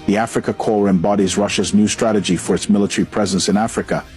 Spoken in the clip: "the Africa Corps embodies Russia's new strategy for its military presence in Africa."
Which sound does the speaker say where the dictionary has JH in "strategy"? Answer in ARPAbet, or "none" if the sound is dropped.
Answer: JH